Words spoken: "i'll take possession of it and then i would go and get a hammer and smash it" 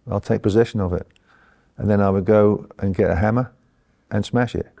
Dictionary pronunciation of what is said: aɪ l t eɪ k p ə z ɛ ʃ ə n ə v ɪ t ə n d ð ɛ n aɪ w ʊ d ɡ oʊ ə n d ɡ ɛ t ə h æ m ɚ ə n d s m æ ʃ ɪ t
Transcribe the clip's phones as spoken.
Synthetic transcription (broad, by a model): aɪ l t eɪ k p ə z ɛ ʃ ə n ə v ɪ t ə n ð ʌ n aɪ w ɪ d ɡ oʊ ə n ɡ ɛ t ə h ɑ m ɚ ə n s m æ ʃ ɪ t